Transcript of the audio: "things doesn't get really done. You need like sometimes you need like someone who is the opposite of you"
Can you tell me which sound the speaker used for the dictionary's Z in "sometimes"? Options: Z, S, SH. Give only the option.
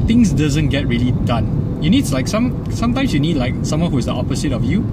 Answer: S